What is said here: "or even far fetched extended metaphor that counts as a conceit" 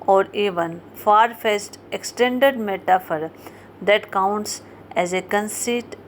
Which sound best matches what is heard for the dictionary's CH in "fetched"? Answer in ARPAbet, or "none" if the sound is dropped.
S